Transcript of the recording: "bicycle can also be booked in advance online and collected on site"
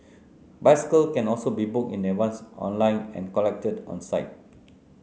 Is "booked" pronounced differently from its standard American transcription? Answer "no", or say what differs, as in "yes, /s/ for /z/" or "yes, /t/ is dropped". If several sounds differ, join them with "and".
yes, /t/ is dropped